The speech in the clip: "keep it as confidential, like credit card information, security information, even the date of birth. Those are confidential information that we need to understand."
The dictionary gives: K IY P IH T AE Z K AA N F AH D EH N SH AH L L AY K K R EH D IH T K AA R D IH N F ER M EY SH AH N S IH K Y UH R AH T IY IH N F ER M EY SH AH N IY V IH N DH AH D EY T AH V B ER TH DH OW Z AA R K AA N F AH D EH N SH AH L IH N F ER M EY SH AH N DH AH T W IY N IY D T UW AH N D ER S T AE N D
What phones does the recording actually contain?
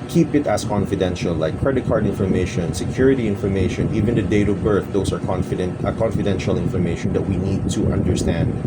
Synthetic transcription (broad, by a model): K IY P IH T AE S K AA N F AH D EH N SH AH L L AY K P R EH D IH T K AA R D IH N F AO M EY SH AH N S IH K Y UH R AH T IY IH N F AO M EY SH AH N IY V IH N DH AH D EY T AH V B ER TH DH OW S AA R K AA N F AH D EH N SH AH L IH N F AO M EY SH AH N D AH T W IY N IY D T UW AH N D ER S T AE N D